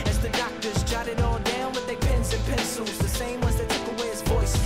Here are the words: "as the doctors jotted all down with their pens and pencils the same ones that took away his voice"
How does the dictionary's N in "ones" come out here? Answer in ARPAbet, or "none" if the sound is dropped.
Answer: none